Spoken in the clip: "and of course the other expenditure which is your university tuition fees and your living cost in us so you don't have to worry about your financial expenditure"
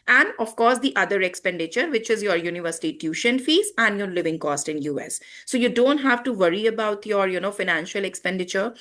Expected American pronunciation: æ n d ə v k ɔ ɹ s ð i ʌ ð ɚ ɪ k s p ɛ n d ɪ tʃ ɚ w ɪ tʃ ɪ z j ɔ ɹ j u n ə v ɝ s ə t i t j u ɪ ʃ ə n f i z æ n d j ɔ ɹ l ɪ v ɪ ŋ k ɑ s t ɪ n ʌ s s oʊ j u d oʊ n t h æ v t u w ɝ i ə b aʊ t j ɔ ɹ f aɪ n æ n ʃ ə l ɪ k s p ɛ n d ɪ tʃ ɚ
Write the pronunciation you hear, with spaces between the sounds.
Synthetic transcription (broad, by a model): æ n d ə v k ɔ ɹ s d i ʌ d ɚ ɪ k s p ɛ n d ɪ tʃ ɚ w ɪ tʃ ɪ z j ɔ ɹ j u n ə v ɝ s ə t i t j u ʃ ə n f i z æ n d j ɔ ɹ l ɪ v ɪ ŋ k ɑ s t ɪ n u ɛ s oʊ j u d oʊ n t h æ v t u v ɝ i ə b aʊ t j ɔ ɹ f aɪ n æ n ʃ ə l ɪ k s p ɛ n d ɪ tʃ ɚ